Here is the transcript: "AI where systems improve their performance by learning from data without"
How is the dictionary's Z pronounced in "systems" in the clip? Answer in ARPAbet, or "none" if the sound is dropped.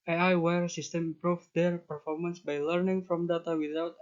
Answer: none